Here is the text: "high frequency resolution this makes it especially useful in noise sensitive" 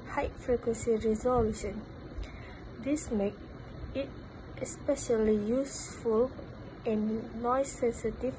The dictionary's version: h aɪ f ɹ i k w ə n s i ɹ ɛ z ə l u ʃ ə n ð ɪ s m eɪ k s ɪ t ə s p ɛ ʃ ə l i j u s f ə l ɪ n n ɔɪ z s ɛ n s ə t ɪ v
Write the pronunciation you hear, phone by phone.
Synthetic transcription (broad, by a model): h aɪ f ɹ i k w ə n s i ɹ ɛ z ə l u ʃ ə n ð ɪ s m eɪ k ɪ t ə s p ɛ ʃ ə l i j u s f ə l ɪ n n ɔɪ s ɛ n s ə t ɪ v